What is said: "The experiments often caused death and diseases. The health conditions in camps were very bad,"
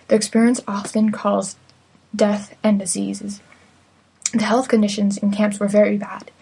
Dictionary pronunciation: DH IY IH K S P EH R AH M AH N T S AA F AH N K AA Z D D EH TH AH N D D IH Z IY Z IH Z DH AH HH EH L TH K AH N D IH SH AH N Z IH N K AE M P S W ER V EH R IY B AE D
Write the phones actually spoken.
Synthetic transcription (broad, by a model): DH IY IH K S P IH R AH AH N S AA F AH N K AA Z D D EH TH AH N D D IH Z IY Z IH Z DH AH HH EH L TH K AH N D IH SH AH N Z IH N K AE M P S W ER V EH R IY B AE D